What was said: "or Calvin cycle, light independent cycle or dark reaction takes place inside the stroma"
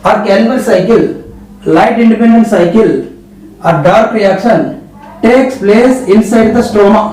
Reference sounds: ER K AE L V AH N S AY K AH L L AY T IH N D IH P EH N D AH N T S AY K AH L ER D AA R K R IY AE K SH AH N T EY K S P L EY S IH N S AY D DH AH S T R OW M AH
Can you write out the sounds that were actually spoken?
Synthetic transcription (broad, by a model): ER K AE N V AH L S AY K AH L L AY T IH N D IH P EH N D AH N T S AY K AH L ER D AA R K R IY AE K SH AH N T EY K S P L EY S IH N S AY D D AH S T R OW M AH